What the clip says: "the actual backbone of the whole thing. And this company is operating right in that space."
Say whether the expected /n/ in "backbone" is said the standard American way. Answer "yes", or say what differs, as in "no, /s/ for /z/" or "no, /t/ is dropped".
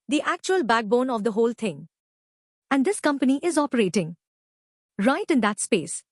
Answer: yes